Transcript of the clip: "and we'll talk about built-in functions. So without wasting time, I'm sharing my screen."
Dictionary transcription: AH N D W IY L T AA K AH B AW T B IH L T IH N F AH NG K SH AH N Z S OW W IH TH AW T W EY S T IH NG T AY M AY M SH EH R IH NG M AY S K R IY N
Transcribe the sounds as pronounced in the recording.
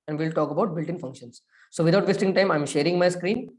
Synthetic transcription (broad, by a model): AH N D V IY L T AA K AH B AW T B IH L T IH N F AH NG K SH AH N S OW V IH T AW T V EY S T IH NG T AY M AY M SH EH R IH NG M AY S K R IY N